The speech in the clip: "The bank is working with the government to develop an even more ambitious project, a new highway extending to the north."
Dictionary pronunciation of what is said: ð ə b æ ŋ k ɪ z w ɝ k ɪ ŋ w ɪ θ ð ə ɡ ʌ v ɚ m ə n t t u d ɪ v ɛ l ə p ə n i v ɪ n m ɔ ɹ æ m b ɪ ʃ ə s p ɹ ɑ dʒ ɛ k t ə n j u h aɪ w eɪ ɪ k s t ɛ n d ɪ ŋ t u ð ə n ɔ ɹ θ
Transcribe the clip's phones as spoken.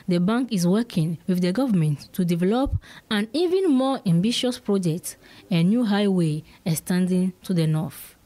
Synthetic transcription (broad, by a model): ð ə b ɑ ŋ k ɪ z w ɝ k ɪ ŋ w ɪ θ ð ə ɡ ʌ v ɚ m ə n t t u d ɪ v ɛ l ə p ə n i v ɪ n m ɔ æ m b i ʃ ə s p ɹ ɑ dʒ ɛ k t ə n j u h aɪ w eɪ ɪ s t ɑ n d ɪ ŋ t u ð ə n ɔ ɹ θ